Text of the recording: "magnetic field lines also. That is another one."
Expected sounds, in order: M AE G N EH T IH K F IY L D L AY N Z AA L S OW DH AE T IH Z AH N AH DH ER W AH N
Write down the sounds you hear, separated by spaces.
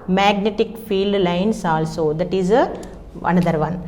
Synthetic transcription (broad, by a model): M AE G N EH T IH K F IY L D L AY N S AA L S OW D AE T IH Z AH N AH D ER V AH N